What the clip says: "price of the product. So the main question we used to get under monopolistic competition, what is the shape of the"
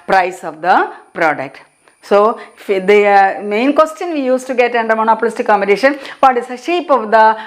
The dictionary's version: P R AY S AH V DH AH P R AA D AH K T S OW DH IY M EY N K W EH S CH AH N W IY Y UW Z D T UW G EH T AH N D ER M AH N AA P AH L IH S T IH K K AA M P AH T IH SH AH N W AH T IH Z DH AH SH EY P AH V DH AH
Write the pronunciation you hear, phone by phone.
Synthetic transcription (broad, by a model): P R AY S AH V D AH P R AA D AH K T S OW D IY M EY N K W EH S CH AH N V IY Y UW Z T UW G EH T AH N D ER M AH N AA P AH L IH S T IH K K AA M B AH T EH SH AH N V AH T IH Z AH SH EY P AH V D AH